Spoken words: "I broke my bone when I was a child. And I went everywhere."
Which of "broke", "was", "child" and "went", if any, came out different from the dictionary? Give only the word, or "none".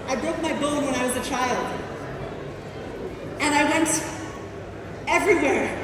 none